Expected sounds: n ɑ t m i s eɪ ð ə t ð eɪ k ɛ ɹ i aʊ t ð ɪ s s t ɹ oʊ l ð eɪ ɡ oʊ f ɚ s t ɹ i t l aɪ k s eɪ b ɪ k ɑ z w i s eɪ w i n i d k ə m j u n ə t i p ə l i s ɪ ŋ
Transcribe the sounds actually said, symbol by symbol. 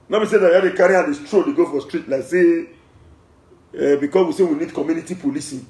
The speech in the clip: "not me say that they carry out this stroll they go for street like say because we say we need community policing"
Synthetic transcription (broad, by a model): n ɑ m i s eɪ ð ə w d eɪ k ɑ ɹ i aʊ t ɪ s s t ɹ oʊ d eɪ ɡ oʊ f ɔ s t ɹ i t l aɪ k s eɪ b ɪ k ɑ s w i s eɪ w i n i d k ə m j u n ə t i p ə l i s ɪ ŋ